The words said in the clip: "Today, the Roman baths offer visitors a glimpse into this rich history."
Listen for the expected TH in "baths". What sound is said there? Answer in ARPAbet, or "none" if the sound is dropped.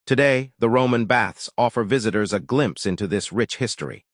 TH